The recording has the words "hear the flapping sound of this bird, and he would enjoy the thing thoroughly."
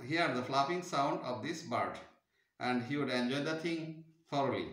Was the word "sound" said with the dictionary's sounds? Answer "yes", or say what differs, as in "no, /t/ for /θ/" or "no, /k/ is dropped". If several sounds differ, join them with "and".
yes